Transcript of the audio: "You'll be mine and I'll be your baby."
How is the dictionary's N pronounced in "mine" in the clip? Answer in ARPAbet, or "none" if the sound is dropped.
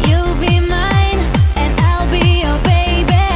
N